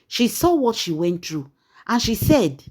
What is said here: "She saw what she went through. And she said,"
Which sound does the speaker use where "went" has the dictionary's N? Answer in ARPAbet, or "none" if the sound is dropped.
N